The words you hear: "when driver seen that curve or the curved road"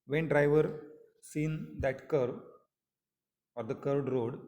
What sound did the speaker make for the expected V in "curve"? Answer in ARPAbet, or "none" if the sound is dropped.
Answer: none